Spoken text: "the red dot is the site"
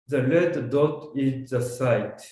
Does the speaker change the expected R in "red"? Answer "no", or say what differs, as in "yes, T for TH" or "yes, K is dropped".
yes, L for R